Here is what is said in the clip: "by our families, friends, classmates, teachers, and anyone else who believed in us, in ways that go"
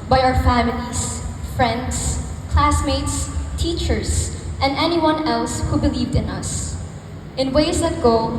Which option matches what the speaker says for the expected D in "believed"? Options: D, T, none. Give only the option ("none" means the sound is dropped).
D